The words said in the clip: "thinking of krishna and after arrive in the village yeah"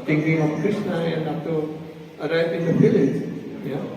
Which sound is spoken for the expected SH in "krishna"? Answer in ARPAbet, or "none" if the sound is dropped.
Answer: S